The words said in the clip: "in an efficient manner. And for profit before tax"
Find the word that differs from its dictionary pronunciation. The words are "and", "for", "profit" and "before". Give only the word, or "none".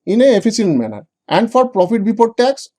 before